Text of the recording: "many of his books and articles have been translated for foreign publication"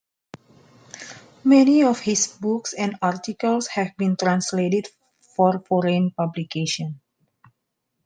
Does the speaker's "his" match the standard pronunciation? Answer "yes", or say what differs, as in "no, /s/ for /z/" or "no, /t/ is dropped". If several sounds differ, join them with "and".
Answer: no, /s/ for /z/